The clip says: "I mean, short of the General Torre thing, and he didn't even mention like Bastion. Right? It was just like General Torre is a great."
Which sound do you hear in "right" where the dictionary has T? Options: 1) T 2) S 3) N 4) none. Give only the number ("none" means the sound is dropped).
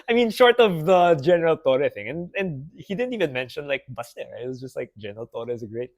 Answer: 4